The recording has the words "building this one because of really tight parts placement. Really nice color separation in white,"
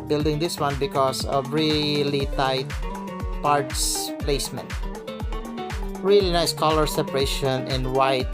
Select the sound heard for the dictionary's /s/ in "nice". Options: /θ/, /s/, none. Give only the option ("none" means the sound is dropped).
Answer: /s/